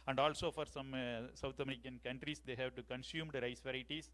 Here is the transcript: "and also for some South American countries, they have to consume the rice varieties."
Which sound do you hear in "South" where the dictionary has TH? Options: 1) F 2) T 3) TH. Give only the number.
2